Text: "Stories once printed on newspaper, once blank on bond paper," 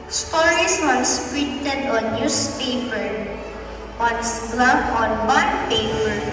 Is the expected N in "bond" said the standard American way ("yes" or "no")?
no